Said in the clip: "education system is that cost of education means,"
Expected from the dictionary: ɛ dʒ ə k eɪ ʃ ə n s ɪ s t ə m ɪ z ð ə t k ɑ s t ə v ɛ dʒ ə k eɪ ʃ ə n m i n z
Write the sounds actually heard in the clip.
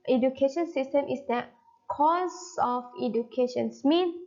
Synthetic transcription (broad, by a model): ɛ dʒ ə k eɪ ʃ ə n s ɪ s t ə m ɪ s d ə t k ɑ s ə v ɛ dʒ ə k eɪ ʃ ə n m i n